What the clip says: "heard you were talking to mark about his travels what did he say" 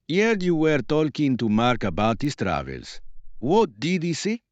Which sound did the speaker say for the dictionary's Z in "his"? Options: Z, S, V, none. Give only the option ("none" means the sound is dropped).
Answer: S